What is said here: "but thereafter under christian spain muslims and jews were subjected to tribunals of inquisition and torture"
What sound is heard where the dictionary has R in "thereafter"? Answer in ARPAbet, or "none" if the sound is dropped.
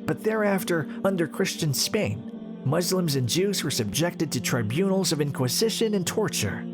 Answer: R